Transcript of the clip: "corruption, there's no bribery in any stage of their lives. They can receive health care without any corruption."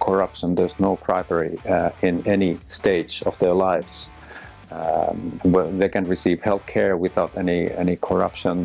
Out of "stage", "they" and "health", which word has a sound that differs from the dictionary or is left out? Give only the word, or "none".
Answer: none